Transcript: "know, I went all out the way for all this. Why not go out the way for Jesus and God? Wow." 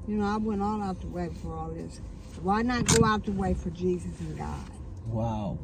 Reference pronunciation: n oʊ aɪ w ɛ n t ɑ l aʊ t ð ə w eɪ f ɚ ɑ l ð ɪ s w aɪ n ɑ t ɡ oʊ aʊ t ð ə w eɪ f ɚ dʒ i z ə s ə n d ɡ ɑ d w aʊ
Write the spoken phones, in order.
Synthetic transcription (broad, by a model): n oʊ aɪ w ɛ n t ɑ l aʊ t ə w eɪ f ɚ ɑ l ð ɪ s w aɪ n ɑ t ɡ oʊ aʊ t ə w eɪ f ɚ dʒ i z ə s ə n ɡ ɑ d w aʊ